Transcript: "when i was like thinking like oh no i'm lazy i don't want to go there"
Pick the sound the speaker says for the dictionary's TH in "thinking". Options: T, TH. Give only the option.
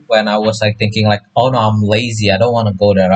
TH